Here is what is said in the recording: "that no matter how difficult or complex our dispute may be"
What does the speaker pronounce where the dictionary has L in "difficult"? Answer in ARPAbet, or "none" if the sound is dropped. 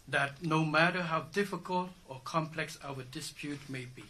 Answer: L